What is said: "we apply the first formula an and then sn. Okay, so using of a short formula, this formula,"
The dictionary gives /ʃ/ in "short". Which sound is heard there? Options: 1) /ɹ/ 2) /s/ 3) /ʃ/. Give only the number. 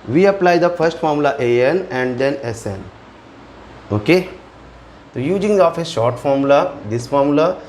3